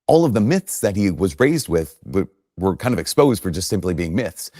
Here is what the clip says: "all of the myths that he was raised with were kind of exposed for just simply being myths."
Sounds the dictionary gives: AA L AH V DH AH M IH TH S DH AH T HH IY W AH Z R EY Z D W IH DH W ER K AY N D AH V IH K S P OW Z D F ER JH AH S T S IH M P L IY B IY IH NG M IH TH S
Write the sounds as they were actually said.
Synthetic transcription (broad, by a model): AA L AH V DH AH M IH TH S DH AH T HH IY W AH Z R EY Z D W IH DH W ER K AY N D AH V IH K S P OW Z D F ER JH AH S T S IH M P L IY B IY IH NG M IH TH S